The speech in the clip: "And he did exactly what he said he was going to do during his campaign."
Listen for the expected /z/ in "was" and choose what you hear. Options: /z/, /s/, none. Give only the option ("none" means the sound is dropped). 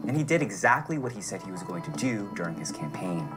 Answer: /z/